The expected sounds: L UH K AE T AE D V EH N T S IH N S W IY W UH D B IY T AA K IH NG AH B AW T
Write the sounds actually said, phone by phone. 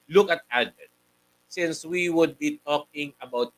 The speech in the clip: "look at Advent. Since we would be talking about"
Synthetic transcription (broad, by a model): L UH K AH T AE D EH T S IH N S W IY W UH D B IY T AA K IH NG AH B AW T